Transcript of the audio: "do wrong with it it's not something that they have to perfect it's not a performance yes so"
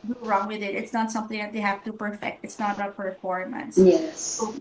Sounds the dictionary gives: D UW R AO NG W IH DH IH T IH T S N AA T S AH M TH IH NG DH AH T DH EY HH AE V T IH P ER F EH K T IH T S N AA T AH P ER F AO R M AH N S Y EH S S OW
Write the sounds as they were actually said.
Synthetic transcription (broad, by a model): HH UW R AO NG W IH DH IH T IH T S N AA T S AH M TH IH NG DH AH T DH EY HH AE F T IH P ER F EH K T IH T S N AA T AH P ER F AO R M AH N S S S OW